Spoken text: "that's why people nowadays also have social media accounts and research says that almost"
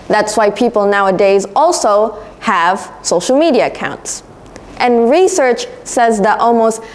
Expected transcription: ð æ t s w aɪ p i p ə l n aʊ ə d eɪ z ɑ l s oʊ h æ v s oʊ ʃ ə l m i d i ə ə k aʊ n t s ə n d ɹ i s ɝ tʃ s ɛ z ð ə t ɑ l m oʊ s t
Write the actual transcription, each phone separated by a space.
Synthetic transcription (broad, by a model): ð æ t s w aɪ p i p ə l n aʊ ə d eɪ z ɑ l s oʊ h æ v s oʊ ʃ l m i d i ə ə k aʊ n t s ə n ɹ i s ɝ tʃ s ɛ z ð ə t ɑ l m oʊ s t